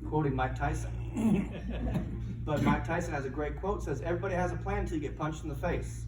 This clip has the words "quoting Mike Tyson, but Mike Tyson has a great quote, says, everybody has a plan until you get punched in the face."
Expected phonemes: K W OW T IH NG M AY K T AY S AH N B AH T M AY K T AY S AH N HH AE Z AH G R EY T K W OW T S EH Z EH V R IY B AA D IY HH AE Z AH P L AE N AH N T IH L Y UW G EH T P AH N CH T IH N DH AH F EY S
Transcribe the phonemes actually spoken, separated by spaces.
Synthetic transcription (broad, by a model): K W OW T IH NG M AY K T AY S AH N B AH T M AY K T AY S AH N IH Z AH G R EY T K W OW T S EH Z EH V R IY B AA D IY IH Z AH P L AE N N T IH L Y G EH T P AH N CH T N DH AH F EY S